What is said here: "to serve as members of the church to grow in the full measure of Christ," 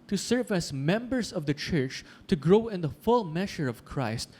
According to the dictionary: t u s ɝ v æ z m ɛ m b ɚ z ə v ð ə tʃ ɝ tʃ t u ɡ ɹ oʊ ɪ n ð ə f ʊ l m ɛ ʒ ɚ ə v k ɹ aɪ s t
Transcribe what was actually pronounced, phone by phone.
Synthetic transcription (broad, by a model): t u s ɝ v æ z m ɛ m b ɚ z ə v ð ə tʃ ɝ tʃ t u ɡ ɹ oʊ ɪ n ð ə f ʊ l m ɛ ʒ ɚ ə v k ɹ aɪ s t